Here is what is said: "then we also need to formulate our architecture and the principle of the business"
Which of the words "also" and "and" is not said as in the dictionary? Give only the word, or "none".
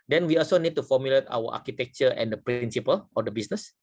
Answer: none